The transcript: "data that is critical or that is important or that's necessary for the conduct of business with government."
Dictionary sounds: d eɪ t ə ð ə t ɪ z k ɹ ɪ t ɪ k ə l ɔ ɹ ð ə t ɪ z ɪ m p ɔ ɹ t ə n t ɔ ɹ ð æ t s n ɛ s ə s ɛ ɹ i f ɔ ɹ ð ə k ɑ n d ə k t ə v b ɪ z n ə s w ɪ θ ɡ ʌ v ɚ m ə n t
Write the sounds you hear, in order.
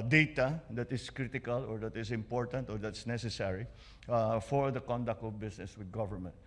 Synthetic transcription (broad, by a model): d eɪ t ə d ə t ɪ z k ɹ ɪ t ɪ k ə l ɔ ɹ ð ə t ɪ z ɪ m p ɔ ɹ t ə n t ɔ ɹ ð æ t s n ɛ s ə s ɛ ɹ i f ɔ ɹ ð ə k ɑ n d ə k t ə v b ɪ s n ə s w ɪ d ɡ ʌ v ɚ m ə n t